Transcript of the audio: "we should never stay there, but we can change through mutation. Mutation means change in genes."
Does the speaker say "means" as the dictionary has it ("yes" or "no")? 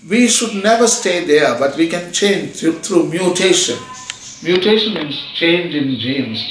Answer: no